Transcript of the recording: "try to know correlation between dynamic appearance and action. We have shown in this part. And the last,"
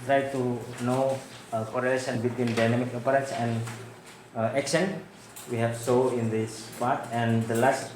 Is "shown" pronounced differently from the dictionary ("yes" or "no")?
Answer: yes